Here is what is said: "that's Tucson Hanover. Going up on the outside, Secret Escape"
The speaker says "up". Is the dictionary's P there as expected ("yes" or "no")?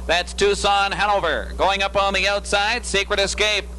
yes